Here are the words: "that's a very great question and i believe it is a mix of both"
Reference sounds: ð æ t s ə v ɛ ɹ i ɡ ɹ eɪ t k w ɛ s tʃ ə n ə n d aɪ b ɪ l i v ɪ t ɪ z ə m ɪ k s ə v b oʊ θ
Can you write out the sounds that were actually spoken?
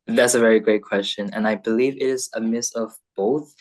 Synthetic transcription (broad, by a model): ð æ t s ə v ɛ ɹ i ɡ ɹ eɪ t k w ɛ s tʃ ə n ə n aɪ b ɪ l i v ɪ t ɪ z ə m ɪ s ə v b oʊ θ